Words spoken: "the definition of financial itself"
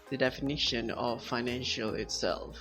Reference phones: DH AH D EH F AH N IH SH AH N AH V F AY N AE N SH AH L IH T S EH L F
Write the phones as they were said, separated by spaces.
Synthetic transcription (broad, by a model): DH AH D EH F AH N IH SH AH N AH V F AY N AE N SH AH L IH T S EH L F